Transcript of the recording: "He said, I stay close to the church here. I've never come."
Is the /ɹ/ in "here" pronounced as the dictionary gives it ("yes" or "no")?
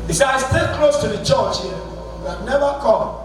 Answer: no